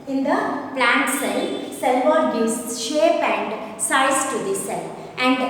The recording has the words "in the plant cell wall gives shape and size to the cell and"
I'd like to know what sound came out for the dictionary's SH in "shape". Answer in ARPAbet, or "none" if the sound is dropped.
SH